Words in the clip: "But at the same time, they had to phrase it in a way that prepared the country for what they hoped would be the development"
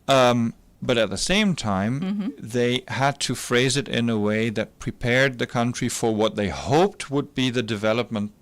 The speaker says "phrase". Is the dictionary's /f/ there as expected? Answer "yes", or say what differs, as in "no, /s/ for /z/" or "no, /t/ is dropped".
yes